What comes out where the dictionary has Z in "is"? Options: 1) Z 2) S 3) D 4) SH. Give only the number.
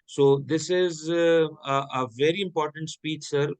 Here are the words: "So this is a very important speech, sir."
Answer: 1